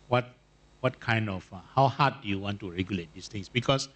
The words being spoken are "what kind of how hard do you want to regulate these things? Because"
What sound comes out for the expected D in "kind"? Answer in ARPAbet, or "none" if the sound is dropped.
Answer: D